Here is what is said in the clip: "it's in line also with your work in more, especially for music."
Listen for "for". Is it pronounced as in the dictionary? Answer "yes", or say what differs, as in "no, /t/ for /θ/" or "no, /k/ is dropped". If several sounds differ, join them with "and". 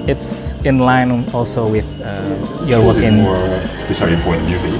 no, /p/ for /f/